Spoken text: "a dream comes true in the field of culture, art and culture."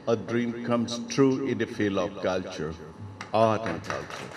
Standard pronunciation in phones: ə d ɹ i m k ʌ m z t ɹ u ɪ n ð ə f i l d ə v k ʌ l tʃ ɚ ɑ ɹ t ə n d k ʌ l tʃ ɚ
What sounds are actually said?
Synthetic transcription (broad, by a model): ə d ɹ i m k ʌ m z t ɹ u ɪ n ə f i l ə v k ʌ l tʃ ɚ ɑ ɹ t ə n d k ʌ l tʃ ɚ